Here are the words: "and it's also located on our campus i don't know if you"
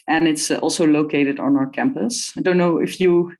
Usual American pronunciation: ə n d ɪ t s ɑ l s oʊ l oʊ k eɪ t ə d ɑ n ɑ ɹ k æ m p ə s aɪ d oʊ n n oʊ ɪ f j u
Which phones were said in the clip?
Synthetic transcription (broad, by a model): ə n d ɪ t s ɑ l s oʊ l oʊ k eɪ t ə d ɑ n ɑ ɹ k æ m p ə s aɪ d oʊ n n oʊ ɪ f j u